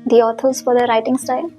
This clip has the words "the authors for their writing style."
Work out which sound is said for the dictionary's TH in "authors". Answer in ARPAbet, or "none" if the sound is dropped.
T